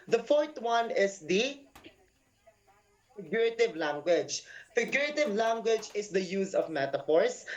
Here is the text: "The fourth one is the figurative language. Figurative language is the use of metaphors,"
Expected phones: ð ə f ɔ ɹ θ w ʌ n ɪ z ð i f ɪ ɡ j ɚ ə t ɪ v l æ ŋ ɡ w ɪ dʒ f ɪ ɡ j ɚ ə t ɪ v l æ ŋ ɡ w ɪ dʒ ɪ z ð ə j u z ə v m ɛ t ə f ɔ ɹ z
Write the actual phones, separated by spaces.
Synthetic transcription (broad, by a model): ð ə f ɔ ɹ t w ʌ n ɪ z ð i f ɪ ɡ j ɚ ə t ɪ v l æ ŋ ɡ w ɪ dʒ f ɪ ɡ j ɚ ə t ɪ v l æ ŋ ɡ w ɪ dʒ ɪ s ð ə j u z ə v m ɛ t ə f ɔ ɹ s